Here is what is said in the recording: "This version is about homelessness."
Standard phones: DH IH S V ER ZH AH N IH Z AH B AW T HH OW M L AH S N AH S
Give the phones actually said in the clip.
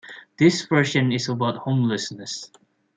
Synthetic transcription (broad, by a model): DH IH S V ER SH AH N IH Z AH B AW T HH OW M L AH S N AH S